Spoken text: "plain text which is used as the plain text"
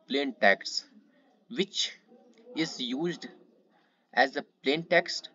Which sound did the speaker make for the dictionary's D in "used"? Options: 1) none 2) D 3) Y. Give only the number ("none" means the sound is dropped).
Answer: 2